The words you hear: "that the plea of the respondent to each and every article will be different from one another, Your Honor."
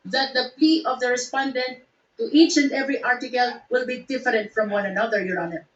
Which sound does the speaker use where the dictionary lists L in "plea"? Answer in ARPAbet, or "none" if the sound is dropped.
none